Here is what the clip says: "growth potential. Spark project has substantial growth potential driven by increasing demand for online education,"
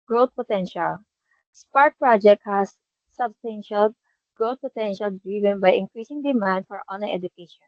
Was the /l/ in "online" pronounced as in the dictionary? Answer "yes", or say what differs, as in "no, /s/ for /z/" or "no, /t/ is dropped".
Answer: no, /l/ is dropped